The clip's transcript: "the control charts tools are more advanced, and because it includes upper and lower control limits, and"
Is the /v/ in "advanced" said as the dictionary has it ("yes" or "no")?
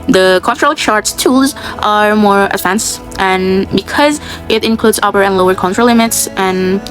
no